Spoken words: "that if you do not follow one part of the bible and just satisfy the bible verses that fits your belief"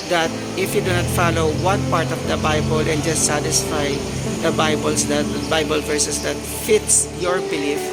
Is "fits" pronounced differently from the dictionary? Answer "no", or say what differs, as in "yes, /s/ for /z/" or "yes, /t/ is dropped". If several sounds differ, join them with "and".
no